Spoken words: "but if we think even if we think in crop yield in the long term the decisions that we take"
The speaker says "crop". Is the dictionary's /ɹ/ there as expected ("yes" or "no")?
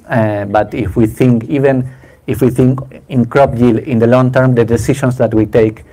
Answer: yes